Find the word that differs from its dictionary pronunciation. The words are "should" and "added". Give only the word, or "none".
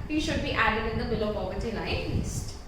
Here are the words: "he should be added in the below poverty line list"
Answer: none